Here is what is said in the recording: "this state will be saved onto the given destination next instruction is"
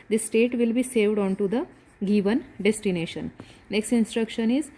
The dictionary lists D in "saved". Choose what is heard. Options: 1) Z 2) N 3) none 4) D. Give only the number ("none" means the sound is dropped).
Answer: 4